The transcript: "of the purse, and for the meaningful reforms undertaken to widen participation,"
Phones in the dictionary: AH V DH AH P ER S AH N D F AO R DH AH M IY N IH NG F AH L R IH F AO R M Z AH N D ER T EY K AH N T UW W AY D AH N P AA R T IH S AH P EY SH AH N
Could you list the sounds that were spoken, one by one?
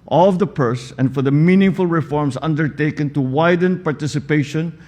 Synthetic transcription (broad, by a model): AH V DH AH P ER S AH N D F AO R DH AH M IY N IH NG F AH L R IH F AO R M S AH N D ER T EY K AH N T UW W AY D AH N P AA R T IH S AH P EY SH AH N